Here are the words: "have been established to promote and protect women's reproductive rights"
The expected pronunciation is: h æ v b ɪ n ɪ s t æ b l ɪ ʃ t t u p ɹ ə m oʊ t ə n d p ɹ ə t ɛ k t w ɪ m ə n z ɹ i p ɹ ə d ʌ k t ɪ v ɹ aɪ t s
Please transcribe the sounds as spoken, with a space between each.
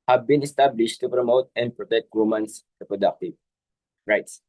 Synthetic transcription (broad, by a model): h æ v b ɪ n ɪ s t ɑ b l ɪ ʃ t t u p ɹ ə m oʊ t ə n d p ɹ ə t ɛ k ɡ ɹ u m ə n s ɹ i p ɹ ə d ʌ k t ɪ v ɹ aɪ t s